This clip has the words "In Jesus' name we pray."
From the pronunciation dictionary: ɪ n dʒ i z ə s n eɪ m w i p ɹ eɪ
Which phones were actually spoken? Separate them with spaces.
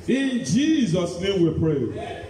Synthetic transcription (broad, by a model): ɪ n dʒ i z ə s n eɪ m w i p ɹ eɪ